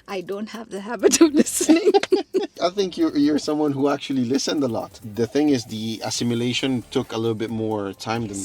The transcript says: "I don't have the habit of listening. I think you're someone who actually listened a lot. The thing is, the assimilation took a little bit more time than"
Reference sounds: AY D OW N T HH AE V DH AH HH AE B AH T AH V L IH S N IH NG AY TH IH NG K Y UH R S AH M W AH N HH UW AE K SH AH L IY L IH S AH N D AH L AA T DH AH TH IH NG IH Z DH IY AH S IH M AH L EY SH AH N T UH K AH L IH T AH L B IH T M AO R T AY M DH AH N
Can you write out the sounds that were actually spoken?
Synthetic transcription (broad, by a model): AY D OW N T HH AE V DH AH HH AE B AH T AH V L IH S N IH NG AY TH IH NG K Y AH R S AH M W AH N HH UW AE K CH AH L IY L IH S AH N D AH L AA T DH AH TH IH NG IH Z DH IY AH S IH M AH L EY SH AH N T UH K AH L IH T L B IH T M AO R T AY M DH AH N